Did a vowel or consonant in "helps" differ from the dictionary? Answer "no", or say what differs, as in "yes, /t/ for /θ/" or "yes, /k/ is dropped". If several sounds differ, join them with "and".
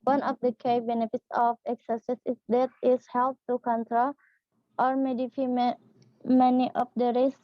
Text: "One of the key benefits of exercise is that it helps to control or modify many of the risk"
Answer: yes, /s/ is dropped